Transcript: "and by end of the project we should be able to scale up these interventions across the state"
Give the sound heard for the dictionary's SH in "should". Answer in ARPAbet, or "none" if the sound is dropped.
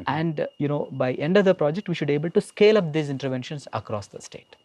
SH